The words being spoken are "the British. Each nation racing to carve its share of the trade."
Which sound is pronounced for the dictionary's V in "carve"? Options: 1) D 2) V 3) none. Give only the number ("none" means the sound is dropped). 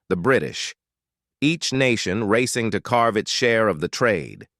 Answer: 2